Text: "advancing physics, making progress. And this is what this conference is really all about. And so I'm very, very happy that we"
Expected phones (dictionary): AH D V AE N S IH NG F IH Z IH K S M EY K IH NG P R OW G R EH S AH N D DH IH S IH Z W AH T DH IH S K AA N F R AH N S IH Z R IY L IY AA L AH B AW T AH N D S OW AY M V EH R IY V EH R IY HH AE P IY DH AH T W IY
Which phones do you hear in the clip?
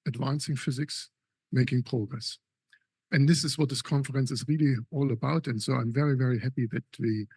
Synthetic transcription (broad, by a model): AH D V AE N S IH NG F IH Z IH K S M EY K IH NG P R OW G R EH S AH N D DH IH S IH Z W AH T DH IH S K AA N F R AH N S IH Z R IY L IY AA L AH B AW T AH N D S OW AY M V EH R IY V EH R IY HH AE P IY DH AH T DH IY